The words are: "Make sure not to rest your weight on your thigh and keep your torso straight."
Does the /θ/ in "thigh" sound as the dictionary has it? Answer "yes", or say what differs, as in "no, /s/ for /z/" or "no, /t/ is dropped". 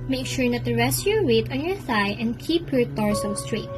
no, /s/ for /θ/